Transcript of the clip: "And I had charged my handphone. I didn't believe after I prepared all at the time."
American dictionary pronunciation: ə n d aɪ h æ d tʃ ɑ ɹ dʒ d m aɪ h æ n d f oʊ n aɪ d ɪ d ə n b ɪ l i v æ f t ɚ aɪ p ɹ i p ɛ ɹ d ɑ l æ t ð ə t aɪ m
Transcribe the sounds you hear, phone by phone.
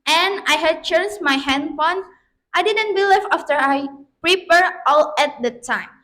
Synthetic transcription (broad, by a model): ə n aɪ h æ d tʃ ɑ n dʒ m aɪ h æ n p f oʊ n aɪ d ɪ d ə n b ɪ l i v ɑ f t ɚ aɪ p ɹ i p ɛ ɹ ɑ l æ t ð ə t aɪ m